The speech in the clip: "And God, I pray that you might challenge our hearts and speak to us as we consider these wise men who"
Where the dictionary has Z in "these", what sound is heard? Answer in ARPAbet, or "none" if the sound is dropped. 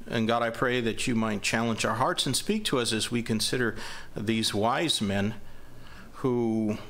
Z